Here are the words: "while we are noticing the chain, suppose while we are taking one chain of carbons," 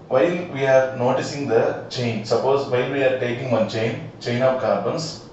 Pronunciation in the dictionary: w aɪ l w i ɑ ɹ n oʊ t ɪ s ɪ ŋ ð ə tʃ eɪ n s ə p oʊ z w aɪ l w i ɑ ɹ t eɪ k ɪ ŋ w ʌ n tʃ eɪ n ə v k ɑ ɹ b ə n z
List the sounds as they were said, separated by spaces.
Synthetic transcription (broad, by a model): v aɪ l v i ɑ ɹ n oʊ t ɪ s ɪ ŋ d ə tʃ eɪ n s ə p oʊ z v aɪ l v i ɑ ɹ t eɪ k ɪ ŋ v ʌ n tʃ eɪ n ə p k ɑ ɹ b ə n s